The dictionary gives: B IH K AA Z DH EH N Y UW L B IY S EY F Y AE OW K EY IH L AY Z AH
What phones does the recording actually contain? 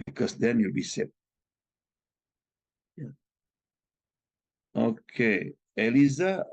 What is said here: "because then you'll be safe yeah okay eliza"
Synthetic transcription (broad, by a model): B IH K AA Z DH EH N Y UW L B IY S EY P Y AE OW K EY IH L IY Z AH